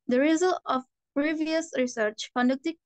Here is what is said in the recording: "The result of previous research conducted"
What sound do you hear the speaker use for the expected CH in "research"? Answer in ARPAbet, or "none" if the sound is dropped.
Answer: CH